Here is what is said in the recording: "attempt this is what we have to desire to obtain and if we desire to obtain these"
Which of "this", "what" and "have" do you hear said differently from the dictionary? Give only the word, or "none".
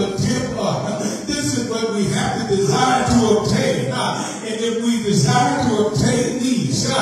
have